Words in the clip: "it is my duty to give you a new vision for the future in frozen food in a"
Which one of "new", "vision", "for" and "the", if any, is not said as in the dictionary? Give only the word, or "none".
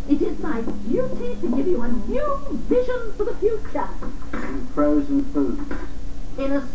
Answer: none